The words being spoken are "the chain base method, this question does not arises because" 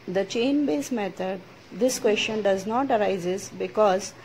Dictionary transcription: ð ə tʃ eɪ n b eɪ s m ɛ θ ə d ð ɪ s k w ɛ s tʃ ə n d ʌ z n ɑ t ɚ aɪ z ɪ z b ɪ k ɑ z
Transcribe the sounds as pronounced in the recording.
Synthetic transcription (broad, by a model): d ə tʃ eɪ n b eɪ s m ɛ t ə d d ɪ s k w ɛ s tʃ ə n d ʌ z n ɑ t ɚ aɪ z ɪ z b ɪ k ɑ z